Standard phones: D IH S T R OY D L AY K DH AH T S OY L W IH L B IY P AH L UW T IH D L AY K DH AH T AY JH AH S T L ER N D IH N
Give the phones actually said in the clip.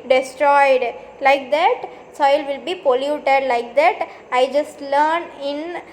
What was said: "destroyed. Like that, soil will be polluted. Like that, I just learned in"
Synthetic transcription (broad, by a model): D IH S T R OY D L AY K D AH T S OY L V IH L B IY P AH L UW T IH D L AY K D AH T AY JH AH S T L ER N IH N